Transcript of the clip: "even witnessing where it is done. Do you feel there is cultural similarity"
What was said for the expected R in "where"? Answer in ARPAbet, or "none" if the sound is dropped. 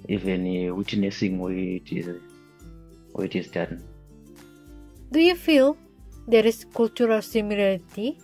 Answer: W